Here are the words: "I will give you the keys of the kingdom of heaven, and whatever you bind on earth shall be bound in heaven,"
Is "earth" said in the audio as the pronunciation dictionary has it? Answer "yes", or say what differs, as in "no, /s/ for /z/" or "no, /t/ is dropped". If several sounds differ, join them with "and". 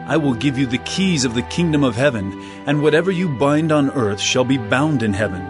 yes